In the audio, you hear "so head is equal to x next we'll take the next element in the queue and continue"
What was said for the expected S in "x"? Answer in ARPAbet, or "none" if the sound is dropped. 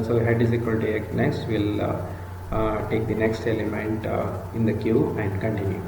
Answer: none